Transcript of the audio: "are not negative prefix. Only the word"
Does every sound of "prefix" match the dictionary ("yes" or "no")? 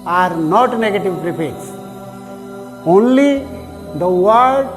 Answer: no